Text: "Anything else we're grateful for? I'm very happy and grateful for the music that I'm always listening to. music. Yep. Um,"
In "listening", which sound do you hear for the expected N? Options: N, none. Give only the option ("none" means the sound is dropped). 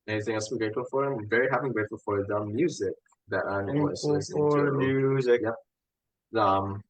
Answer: none